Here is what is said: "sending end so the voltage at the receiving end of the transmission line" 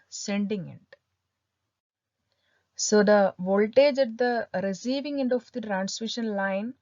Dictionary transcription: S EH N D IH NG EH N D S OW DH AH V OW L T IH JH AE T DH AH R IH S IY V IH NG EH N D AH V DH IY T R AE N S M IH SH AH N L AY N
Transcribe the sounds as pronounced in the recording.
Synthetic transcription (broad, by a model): S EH N D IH NG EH N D S OW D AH V OW L T IH JH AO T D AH R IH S IY V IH NG EH N D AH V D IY T R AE N S M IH SH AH N L AY N